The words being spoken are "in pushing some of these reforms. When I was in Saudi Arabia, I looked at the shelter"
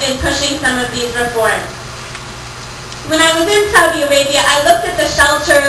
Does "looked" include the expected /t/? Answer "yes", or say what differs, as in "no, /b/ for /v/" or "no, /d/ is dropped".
yes